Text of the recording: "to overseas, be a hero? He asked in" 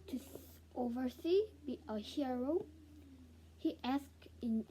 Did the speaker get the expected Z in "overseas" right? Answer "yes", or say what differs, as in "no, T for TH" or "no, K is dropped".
no, Z is dropped